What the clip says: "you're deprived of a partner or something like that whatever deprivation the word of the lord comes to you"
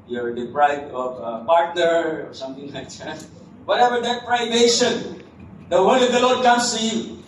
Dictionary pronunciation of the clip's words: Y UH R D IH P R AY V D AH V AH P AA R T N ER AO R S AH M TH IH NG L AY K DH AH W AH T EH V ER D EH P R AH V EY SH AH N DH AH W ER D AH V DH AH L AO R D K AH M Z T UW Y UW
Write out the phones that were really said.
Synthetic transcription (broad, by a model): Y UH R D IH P R AY D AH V AH P AA R T N ER AO R S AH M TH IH NG L AY K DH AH W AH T EH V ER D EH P R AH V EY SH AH N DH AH W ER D AH V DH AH L AO R D K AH M S T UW Y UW